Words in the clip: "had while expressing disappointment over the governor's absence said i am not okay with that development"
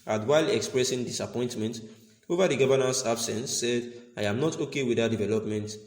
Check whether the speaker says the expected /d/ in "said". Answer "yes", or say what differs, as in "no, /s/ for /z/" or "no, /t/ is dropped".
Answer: yes